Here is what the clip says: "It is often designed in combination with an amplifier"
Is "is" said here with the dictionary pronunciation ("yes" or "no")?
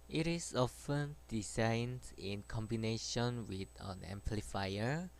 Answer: no